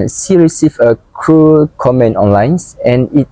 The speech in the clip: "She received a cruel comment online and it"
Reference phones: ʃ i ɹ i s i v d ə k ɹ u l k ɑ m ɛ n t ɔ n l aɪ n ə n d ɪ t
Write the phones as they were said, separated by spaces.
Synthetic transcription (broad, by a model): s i ɹ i s i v ə k ɹ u k ɑ m ɛ n t ɔ n l aɪ n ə n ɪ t